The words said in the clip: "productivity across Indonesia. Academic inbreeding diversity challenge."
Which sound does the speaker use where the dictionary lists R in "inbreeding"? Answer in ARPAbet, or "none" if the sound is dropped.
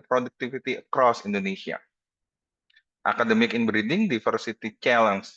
R